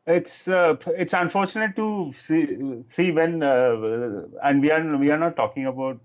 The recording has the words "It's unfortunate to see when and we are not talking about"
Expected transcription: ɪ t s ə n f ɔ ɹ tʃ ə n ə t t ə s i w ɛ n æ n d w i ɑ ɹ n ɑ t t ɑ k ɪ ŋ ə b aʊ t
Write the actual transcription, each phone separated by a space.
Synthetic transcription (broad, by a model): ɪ t s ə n f ɔ ɹ tʃ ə n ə t s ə s i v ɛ n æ n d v i ɑ ɹ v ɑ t t ɑ k ɪ ŋ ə b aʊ t